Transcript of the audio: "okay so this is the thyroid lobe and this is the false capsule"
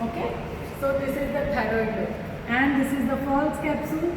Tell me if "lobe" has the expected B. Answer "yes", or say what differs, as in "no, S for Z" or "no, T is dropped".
no, B is dropped